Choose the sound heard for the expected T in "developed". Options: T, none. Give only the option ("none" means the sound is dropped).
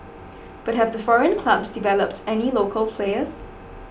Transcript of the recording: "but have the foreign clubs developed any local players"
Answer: T